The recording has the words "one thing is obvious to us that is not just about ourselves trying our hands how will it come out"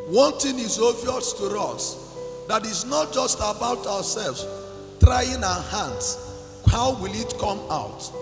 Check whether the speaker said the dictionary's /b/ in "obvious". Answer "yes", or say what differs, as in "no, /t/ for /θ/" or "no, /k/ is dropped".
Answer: no, /b/ is dropped